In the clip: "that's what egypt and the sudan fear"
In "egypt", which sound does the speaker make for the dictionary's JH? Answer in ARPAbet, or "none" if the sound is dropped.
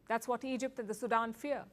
JH